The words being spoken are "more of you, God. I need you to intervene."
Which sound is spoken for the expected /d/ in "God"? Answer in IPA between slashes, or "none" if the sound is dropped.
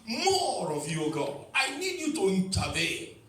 none